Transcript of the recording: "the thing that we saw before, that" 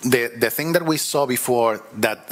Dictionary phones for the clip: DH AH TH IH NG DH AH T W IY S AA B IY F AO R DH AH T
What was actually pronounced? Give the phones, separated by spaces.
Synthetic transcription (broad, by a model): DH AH TH IH NG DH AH T W IY S AA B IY F AO R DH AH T